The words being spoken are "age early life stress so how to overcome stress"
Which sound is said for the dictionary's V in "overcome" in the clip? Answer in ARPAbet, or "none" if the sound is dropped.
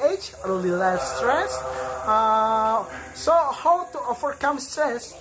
F